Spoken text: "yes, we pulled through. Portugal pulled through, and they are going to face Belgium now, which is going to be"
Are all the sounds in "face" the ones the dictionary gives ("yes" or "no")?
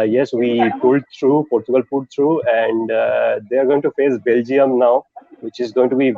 yes